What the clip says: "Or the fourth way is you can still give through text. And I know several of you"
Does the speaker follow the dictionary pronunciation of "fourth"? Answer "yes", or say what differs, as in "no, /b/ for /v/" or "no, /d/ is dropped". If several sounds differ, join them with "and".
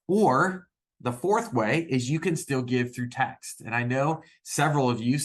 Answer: yes